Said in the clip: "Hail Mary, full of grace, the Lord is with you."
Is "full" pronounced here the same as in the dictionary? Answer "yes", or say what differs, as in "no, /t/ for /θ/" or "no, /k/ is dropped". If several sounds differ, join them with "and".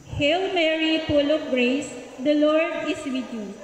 no, /p/ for /f/